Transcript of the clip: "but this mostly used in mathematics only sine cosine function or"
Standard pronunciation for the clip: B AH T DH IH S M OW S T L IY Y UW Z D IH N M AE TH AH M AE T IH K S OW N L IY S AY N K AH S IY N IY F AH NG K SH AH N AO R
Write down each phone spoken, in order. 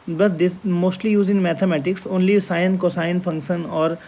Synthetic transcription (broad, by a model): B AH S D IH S M OW S T L IY Y UW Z IH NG M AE T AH M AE T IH K S OW N L IY S AY N K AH S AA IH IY F AH NG K SH AH N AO R